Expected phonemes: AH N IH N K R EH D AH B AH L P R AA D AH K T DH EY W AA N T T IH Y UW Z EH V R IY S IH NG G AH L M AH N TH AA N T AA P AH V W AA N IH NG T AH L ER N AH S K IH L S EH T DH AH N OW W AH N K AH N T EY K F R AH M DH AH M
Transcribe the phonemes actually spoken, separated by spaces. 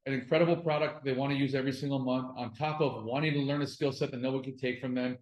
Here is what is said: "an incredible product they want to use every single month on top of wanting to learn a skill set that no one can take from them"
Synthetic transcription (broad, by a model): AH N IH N K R EH D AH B L P R AA D AH K T DH EY W AA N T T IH Y UW Z EH V R IY S IH NG G L M AH N TH N T AA P AH V W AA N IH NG T AH L ER N AH S K IH L S EH T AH N OW W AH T K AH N T EY K F R AH M DH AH M